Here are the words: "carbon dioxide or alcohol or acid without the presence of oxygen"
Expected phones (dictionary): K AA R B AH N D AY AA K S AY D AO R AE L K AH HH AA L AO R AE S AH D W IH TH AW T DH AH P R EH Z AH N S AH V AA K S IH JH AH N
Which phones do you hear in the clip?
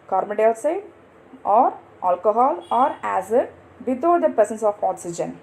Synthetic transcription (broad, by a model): K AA R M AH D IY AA S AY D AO R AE L K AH HH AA L AO R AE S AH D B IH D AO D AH P R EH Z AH N S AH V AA K S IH JH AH N